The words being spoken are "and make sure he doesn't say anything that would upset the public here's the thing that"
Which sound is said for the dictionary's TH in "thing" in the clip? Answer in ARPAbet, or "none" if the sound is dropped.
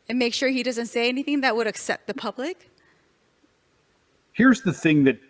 TH